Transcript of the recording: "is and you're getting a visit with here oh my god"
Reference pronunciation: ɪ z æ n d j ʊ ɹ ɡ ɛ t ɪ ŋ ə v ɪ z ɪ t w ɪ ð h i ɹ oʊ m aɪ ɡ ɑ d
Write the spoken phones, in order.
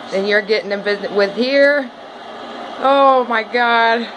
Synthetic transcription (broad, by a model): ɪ n j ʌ ɹ ɡ ɛ t ɪ ŋ ə b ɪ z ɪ w ɪ ð h i ɹ oʊ m aɪ ɡ ɑ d